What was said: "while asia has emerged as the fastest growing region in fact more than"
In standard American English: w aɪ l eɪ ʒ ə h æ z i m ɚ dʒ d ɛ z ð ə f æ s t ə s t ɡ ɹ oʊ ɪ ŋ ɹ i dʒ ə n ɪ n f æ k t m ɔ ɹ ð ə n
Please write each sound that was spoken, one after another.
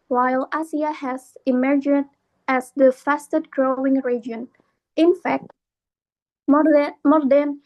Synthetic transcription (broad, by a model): w aɪ l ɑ s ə h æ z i m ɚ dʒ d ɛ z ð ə f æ s t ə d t ɡ ɹ oʊ ɪ ŋ ɹ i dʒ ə n ɪ n f æ k t m ɔ ɹ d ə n